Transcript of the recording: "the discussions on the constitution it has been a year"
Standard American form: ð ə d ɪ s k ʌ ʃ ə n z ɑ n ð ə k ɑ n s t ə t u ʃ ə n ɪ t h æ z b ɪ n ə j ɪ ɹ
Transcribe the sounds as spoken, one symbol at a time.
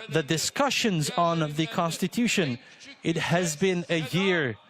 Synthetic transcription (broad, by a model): ð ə d ɪ s k ʌ ʃ ə n z n ð ə k ɑ n s t ə t u ʃ ə n ɪ t h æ z b ɪ n ə j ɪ ɹ